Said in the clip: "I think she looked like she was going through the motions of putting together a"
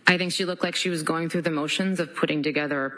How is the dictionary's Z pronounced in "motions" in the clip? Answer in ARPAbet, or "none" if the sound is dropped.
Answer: Z